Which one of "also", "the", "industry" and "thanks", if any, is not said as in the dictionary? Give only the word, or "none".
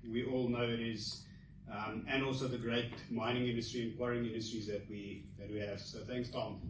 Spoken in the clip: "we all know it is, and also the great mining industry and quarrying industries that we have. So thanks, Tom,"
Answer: none